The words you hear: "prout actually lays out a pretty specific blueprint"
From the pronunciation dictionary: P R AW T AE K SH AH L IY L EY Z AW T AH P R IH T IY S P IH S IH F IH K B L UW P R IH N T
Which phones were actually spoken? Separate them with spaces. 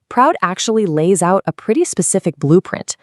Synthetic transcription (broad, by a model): P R AW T AE K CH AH L IY L EY Z AW T AH P R IH T IY S P IH S IH F IH K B L UW P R IH N T